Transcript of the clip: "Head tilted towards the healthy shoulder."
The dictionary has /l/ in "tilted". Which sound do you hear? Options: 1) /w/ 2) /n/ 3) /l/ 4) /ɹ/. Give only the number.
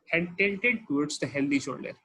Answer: 2